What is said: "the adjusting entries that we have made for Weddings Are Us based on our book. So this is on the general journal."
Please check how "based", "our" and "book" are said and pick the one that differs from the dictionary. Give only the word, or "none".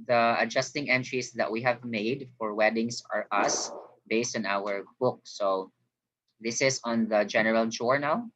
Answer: none